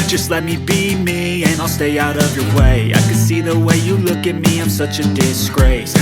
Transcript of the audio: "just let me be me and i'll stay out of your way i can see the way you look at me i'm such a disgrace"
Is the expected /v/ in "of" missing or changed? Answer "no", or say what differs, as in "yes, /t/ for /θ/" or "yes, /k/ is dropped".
no